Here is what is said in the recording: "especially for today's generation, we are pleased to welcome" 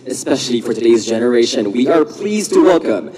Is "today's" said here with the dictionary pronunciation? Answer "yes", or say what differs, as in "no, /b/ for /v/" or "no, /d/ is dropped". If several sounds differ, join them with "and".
yes